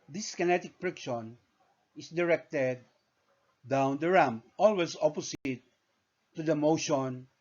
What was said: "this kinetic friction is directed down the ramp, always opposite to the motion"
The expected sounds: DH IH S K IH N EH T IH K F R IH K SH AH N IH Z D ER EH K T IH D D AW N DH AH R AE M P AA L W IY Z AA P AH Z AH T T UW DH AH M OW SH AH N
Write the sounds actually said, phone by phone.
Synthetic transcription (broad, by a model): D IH S K IH N EH T IH K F R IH K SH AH N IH S D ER EH K T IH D D AW N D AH R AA M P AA L W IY S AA P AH S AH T T UW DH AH M OW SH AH N